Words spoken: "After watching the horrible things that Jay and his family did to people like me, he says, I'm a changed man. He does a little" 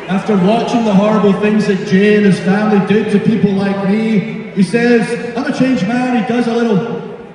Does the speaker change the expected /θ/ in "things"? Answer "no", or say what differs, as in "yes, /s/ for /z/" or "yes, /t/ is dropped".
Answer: no